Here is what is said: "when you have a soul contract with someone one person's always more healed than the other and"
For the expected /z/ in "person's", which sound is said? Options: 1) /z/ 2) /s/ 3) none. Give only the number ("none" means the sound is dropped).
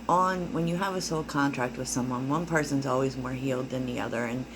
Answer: 1